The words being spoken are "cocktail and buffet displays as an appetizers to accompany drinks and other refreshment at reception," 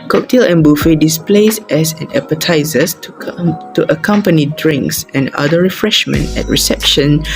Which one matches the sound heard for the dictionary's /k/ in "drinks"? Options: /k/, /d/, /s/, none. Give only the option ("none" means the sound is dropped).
/k/